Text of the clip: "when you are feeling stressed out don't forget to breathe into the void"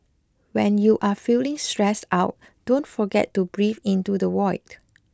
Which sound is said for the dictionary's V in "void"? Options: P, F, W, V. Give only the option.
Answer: W